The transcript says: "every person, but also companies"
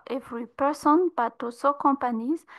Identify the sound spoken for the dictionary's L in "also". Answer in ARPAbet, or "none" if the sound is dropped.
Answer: none